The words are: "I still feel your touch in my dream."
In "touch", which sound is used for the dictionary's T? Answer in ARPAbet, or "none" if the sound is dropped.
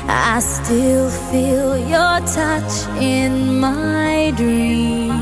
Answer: T